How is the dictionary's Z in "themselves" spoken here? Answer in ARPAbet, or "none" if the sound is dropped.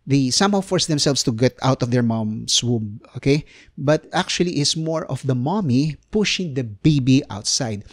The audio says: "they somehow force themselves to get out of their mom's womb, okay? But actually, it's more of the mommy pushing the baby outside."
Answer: S